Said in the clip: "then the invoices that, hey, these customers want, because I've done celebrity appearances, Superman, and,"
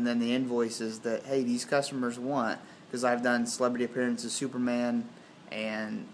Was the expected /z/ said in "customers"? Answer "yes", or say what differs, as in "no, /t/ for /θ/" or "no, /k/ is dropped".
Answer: yes